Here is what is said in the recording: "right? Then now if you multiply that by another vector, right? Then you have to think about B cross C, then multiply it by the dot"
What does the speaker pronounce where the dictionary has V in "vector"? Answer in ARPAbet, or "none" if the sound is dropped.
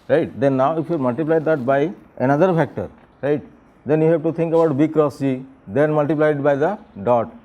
F